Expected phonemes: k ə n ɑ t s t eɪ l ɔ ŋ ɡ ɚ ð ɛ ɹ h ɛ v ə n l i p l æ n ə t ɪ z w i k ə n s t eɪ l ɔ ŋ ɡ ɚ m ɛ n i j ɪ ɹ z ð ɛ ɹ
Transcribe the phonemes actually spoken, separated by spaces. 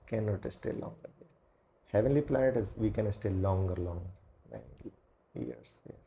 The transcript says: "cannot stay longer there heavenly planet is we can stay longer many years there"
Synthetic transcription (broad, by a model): k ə n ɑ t s t eɪ l ɔ ŋ ɡ ɚ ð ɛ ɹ h ɛ v ə n l i p l æ n ə t ɪ z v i k ə n s t eɪ l ɔ ŋ ɡ ɚ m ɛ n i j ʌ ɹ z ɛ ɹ